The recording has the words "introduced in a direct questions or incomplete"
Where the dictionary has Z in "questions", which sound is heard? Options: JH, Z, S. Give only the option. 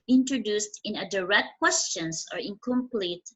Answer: S